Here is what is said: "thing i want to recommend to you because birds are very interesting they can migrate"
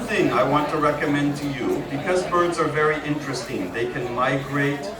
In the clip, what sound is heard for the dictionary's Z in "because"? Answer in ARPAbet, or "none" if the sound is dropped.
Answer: Z